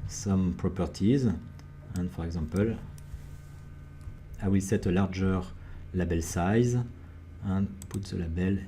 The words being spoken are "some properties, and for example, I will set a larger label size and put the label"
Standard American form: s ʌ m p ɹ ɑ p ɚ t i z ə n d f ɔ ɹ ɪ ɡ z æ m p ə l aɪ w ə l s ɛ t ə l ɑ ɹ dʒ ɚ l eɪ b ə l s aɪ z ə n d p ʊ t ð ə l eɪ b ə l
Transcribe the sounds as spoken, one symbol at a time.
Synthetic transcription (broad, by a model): s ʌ m p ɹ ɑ p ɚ t i z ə n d f ɔ ɹ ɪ ɡ z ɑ p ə l aɪ w ə l s ɛ t ə l ɑ ɹ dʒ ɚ l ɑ b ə l s aɪ z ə n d p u t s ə l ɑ b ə l